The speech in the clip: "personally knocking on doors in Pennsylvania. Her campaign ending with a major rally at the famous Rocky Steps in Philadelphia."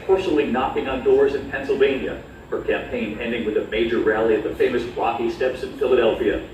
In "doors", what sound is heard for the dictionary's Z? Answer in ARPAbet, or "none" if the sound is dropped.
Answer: Z